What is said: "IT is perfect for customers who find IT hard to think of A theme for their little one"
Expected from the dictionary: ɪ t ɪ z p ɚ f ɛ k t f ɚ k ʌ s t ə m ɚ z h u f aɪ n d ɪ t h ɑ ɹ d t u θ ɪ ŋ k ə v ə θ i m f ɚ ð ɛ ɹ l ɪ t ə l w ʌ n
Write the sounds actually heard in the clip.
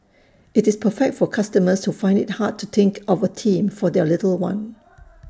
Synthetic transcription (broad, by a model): ɪ t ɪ s p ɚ f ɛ k t f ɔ k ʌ s t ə m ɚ s h u f aɪ n d ɪ t h ɑ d t u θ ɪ ŋ k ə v ə t i m f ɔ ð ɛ l ɪ t ə l w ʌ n